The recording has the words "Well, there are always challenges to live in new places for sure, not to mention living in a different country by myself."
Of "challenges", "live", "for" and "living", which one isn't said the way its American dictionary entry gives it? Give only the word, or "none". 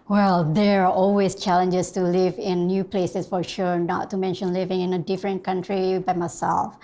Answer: challenges